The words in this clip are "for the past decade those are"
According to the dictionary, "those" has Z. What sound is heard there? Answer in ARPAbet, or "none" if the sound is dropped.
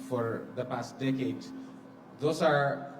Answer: S